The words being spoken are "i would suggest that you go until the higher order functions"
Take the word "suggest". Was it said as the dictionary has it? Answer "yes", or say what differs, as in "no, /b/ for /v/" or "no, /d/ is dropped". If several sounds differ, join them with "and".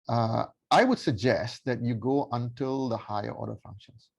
yes